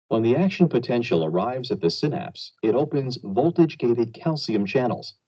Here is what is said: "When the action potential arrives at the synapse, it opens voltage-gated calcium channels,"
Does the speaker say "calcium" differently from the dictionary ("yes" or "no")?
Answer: no